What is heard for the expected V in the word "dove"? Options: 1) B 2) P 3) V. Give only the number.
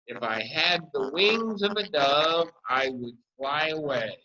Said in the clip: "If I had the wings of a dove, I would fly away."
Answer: 3